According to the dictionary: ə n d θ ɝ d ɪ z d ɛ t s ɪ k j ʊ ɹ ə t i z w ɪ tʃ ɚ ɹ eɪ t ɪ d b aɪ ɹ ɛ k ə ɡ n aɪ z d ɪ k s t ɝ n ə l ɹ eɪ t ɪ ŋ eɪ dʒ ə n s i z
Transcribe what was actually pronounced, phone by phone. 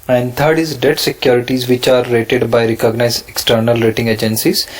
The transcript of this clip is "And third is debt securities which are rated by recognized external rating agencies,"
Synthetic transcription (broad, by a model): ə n d t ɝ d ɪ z d ɛ t s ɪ k j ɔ ɹ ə t i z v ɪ tʃ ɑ ɹ eɪ t ɪ d b aɪ ɹ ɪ k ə ɡ n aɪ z ɪ k s t ɝ n ə l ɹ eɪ t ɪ ŋ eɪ dʒ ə n s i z